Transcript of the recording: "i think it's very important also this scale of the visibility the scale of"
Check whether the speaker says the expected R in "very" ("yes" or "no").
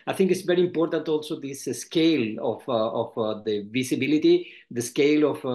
yes